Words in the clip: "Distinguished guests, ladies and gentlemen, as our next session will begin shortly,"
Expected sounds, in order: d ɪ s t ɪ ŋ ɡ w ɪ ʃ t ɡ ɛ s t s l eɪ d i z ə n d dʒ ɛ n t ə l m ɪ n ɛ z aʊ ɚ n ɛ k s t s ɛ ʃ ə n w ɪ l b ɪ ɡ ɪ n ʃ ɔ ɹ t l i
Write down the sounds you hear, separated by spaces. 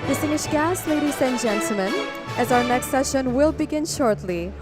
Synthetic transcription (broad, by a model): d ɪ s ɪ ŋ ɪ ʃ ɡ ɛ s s l eɪ d i z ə n dʒ ɛ n t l m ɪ n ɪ z aʊ ɚ n ɛ k s t s ɛ ʃ ə n w ɪ l b ɪ ɡ ɪ n ʃ ɔ ɹ t l i